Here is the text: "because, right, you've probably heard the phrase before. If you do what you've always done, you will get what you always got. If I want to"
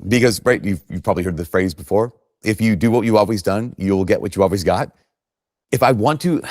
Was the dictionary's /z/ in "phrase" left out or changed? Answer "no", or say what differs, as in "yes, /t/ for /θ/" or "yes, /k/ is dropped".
no